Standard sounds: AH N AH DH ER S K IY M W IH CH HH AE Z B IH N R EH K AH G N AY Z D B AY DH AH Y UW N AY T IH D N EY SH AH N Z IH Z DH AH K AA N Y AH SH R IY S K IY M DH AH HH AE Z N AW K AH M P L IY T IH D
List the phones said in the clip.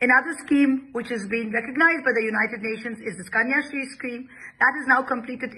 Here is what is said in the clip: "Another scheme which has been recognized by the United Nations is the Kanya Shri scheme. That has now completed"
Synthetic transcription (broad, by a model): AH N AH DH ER S K IY M W IH CH HH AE Z B IH N R EH K AH G N AY Z D B AY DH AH Y UW N AY T IH D N EY SH AH N Z IH Z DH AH K AA N Y AH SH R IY S K IY M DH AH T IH Z N AW K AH M P L IY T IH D